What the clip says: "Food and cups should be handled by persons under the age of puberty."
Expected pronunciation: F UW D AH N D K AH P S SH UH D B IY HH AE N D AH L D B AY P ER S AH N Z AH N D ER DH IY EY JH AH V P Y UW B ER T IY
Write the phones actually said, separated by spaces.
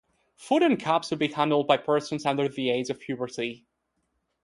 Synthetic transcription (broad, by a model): F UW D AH N K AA P S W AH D B IY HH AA N D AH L D B AY P ER S AH N Z AH N D ER DH IY EY Z AH V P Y UW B ER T IY